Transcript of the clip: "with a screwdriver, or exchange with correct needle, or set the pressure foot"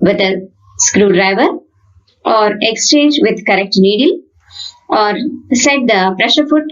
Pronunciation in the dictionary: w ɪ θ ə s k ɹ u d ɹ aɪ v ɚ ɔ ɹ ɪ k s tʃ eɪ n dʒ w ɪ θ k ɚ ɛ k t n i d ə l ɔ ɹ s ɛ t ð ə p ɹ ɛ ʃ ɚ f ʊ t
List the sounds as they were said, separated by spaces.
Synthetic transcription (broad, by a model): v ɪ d ə s k ɹ u d ɹ aɪ v ɚ ɔ ɹ ɪ k s tʃ eɪ n dʒ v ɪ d k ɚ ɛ k t n i d ə l ɔ ɹ s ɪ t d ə p ɹ ɛ ʃ ɚ f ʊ t